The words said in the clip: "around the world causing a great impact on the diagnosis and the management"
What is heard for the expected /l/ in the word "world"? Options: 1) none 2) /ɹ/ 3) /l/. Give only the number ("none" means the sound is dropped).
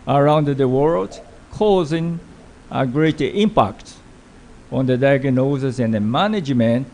3